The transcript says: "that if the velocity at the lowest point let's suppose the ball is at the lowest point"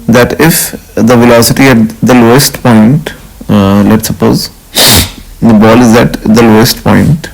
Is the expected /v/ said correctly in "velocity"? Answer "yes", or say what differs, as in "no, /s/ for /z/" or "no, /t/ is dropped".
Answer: yes